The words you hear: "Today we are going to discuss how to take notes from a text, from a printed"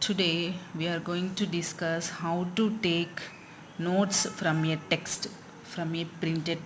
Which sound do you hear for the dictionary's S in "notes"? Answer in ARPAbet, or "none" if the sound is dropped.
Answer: S